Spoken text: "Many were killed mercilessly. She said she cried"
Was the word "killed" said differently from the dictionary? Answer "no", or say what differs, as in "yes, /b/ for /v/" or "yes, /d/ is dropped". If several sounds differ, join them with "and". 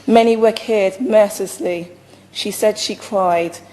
yes, /l/ is dropped